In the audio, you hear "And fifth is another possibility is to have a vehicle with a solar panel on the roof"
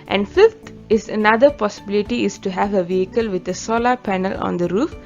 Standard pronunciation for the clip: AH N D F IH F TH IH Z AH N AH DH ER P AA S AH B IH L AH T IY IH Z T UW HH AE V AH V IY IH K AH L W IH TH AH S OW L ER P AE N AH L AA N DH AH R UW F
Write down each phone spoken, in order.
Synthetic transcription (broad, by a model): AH N D F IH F T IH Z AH N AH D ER P AA S AH B IH L AH T IY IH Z T UW HH AE V AH V IY IH K AH L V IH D AH S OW L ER P AE N AH L AA N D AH R UW F